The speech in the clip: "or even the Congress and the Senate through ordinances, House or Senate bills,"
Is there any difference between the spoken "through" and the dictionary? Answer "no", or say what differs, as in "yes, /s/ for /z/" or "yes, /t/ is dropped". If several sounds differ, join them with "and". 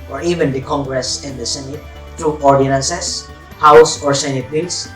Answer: yes, /t/ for /θ/